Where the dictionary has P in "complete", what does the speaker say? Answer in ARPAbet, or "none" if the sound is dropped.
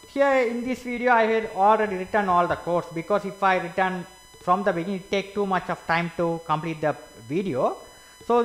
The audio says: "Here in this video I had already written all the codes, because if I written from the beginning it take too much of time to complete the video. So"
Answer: P